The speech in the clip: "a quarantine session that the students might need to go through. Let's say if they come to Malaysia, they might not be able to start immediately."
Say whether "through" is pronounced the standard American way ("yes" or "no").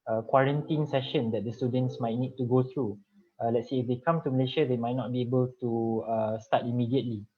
no